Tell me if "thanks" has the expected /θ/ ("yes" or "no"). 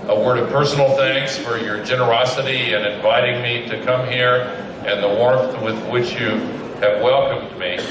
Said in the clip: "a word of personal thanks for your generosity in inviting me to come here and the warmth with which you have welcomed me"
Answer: yes